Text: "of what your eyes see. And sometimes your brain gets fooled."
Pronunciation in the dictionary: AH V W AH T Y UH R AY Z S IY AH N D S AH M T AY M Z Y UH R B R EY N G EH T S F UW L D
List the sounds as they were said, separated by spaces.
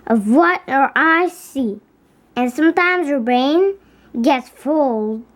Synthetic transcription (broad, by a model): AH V W AH T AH R AY S IY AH N S AH M T AY M Z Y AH R B R EY N G EH T S F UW L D